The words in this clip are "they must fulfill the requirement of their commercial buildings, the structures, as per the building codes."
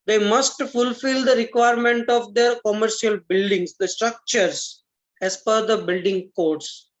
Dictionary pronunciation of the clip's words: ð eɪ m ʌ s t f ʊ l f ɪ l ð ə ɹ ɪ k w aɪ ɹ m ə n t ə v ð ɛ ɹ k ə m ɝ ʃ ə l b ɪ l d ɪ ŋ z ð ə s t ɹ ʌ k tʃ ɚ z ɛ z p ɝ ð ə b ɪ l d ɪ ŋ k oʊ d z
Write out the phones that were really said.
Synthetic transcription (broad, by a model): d eɪ m ʌ s t f ʊ l f ɪ l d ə ɹ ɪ k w aɪ ɹ m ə n t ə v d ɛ ɹ k ə m ɝ ʃ ə l b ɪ l d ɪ ŋ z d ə s t ɹ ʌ k tʃ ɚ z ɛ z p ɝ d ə b ɪ l d ɪ ŋ k oʊ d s